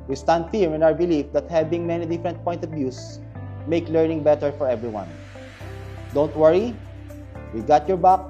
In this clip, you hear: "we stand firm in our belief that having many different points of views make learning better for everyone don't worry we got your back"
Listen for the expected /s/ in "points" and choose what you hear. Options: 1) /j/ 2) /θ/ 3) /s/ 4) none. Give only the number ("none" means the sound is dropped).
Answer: 4